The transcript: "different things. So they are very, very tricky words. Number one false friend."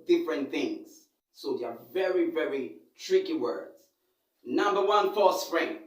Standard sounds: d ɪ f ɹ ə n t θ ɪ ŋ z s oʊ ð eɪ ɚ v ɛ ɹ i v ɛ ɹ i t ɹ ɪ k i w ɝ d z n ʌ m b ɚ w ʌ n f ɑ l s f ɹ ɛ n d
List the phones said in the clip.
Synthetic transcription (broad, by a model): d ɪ f ɹ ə n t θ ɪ ŋ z s oʊ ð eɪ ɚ v ɛ ɹ i v ɛ ɹ i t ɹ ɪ k i w ɝ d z n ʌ m b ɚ w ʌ n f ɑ s f ɹ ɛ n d